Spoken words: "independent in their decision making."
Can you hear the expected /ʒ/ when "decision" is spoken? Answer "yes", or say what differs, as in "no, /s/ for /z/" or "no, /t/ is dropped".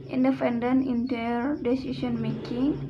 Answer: no, /s/ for /ʒ/